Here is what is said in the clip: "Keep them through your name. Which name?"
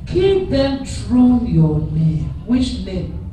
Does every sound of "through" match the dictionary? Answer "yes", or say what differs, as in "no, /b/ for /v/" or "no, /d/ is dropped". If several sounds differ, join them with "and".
no, /t/ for /θ/